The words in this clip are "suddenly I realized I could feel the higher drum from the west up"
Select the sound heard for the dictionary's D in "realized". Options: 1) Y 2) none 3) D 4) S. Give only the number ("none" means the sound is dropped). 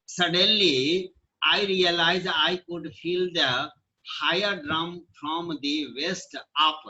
2